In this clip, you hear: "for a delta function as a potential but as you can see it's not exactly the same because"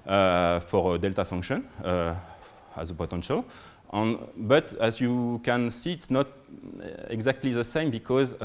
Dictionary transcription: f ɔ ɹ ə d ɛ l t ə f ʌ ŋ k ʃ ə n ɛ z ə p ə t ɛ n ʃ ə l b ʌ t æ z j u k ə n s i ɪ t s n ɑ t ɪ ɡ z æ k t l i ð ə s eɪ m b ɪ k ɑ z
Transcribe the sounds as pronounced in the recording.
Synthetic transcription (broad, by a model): f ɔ ɹ ə d ɛ l t ə f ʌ ŋ k ʃ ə n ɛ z ə p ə t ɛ n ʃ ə l b ʌ t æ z j u k ə n s i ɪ t s n ɑ t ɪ ɡ z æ k t l i ð ə s eɪ m b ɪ k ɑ z